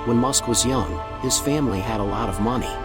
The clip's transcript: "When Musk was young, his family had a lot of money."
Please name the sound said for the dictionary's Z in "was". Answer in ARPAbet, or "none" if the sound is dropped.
Z